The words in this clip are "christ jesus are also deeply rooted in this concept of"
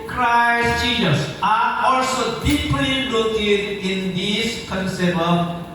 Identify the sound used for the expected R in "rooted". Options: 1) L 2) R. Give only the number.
1